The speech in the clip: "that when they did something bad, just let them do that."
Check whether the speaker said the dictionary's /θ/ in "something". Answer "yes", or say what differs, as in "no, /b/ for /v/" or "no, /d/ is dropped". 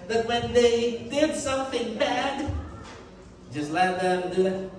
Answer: yes